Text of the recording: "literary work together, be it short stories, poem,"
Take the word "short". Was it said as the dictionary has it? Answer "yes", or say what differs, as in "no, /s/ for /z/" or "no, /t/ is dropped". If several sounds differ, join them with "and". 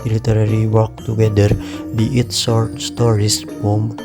no, /s/ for /ʃ/